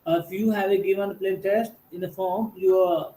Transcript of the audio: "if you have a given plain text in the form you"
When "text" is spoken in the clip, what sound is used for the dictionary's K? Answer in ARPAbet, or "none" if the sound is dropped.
none